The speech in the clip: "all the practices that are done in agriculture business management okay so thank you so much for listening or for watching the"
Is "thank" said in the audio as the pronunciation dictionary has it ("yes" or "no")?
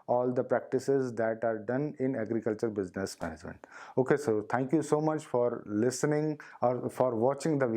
no